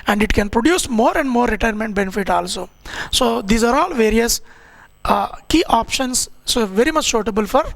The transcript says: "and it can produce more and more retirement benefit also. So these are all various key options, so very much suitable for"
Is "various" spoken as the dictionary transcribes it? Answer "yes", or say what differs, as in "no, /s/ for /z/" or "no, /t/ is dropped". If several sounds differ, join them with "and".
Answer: yes